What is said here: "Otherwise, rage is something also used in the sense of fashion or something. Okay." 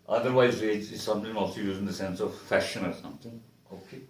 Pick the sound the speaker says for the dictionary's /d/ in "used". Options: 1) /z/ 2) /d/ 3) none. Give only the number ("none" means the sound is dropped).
3